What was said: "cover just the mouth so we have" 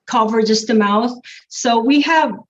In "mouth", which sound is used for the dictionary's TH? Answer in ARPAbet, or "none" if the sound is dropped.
TH